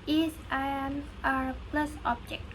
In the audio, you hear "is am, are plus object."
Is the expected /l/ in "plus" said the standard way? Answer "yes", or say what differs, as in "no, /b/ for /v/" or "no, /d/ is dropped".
yes